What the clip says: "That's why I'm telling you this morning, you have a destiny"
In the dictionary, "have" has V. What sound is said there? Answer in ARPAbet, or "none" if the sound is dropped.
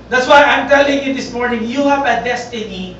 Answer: P